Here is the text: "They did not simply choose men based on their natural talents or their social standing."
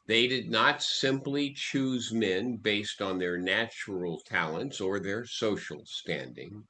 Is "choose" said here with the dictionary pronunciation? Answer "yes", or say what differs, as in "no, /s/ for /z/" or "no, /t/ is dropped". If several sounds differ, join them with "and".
yes